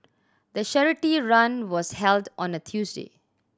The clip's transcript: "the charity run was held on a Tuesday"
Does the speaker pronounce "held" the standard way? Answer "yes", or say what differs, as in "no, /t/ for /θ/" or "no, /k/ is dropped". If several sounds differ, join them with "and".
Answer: yes